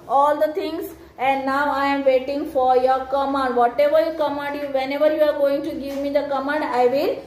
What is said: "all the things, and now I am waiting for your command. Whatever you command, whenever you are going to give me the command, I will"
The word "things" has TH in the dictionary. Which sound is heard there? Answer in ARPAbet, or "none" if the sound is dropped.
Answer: T